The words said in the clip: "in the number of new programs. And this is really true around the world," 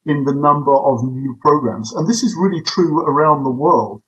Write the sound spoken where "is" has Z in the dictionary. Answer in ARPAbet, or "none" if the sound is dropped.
Z